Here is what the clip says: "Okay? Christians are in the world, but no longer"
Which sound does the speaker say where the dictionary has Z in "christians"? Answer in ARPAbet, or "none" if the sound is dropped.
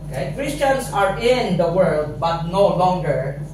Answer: S